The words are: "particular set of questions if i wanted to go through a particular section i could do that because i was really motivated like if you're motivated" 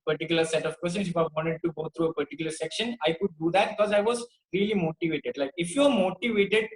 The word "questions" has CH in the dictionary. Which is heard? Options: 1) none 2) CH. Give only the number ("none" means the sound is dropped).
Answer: 1